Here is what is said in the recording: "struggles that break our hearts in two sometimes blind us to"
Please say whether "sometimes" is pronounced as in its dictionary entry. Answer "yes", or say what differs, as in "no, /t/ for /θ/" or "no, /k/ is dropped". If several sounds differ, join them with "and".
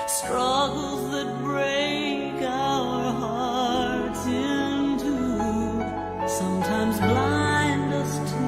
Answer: yes